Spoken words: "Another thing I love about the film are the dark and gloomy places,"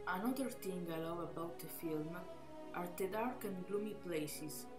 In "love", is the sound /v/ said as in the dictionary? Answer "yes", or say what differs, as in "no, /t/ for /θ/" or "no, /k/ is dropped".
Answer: no, /w/ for /v/